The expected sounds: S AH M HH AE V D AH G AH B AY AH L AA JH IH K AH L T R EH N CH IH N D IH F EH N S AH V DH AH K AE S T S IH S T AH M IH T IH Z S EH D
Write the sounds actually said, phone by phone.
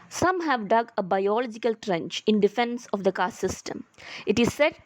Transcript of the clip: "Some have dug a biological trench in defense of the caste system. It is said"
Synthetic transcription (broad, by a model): S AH M HH AE V D AH G AH B AY AH L AA JH IH K AH L T R EH N CH IH N D IH F EH N S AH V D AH K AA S S IH S T AH M IH T IH Z S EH D